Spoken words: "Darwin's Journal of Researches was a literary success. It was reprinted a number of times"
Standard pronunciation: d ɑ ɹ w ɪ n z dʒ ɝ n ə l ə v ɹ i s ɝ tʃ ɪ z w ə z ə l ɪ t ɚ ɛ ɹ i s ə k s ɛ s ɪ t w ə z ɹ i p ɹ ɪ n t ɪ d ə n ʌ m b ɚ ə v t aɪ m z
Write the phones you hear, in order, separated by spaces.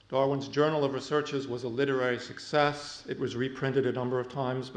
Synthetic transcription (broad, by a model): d ɑ ɹ w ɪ n z dʒ ɝ n l ə v ɹ i s ɝ tʃ ɪ z w ə z ə l ɪ t ɚ ɛ ɹ i s ə k s ɛ s ɪ t w ə z ɹ i p ɹ ɪ n t ɪ d ə n ʌ m b ɚ ə v t aɪ m z